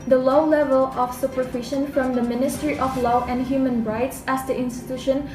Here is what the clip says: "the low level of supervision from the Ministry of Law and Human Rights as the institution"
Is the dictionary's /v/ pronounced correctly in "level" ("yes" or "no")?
yes